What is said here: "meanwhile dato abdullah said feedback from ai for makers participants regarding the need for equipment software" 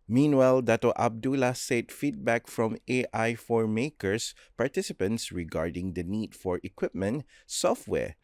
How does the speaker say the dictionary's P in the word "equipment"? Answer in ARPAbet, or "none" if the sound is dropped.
P